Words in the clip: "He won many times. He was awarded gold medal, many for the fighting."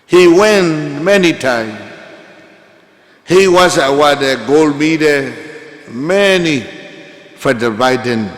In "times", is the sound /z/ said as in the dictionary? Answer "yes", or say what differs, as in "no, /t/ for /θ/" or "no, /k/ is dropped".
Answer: no, /z/ is dropped